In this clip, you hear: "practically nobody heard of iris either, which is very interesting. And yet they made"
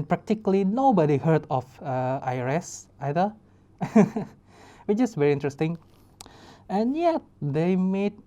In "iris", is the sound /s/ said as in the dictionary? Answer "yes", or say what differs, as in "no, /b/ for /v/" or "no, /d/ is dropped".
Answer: yes